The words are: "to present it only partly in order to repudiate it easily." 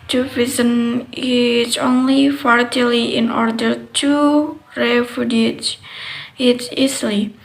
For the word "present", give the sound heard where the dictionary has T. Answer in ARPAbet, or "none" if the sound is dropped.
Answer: none